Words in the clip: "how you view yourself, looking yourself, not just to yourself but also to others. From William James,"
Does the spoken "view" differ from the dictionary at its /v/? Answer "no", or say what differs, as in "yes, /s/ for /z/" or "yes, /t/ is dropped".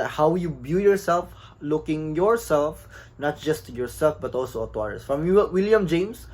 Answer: yes, /b/ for /v/